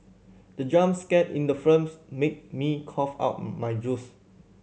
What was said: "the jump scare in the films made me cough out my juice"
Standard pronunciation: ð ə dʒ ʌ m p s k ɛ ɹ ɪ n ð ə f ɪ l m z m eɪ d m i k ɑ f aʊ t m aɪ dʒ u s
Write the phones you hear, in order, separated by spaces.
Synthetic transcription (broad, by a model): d ə dʒ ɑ m s k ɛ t ɪ n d ə f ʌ m s m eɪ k m i k ɑ f aʊ t m aɪ dʒ u s